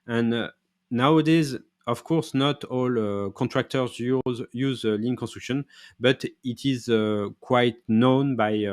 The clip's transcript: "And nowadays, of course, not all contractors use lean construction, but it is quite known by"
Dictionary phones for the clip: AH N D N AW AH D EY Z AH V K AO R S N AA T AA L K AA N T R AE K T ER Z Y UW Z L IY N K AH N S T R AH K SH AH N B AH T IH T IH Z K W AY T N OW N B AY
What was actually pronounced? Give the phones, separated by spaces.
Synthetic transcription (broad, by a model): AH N N AW AH D EY Z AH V K AO R S N AA T AA L K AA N T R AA K T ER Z Y UW Z L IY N K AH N S T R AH K SH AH N B AH T IH T IH Z K W AY T N OW N B AY